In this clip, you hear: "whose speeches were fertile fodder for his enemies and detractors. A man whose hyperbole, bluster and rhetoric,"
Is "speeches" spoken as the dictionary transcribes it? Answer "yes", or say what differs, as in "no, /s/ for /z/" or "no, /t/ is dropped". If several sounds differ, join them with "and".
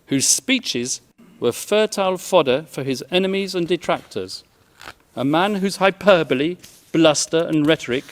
yes